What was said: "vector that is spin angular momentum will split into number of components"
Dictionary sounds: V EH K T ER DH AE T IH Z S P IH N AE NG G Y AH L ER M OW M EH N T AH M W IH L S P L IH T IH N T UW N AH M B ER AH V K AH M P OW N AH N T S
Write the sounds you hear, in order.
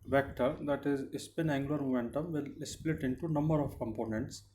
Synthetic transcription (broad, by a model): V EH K T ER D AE T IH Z S P IH N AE NG G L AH ER M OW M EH N T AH M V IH L S P L IH T IH N T UW N AH M B ER AH V K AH M P OW N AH N T S